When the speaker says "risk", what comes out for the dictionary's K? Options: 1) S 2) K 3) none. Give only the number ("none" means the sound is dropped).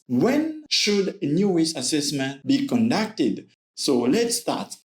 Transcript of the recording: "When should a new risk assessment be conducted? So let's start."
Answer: 3